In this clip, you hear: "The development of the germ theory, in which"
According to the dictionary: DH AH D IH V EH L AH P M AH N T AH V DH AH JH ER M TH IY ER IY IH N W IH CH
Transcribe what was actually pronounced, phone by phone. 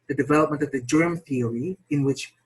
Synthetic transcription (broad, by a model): DH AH D IH V EH L AH P M AH N T AH V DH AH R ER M TH IY ER IY IH N W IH CH